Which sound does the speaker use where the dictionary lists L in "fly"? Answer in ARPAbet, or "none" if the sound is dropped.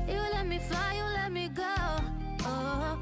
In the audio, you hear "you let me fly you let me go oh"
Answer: none